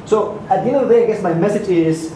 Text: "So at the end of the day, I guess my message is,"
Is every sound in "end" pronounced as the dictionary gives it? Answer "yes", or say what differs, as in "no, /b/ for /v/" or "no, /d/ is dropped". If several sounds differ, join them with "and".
no, /d/ is dropped